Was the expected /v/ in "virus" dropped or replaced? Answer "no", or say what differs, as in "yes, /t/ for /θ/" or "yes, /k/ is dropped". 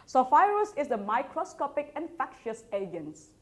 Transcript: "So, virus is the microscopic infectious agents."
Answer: yes, /f/ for /v/